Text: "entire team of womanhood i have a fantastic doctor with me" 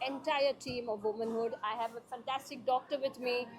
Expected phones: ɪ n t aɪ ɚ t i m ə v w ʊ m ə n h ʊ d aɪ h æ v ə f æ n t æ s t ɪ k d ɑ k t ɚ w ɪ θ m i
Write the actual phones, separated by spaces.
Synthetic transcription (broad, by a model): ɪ n t aɪ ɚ t i m ə v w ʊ m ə n h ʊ d aɪ h æ v ə f æ n t æ s t ɪ k d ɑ k t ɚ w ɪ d m i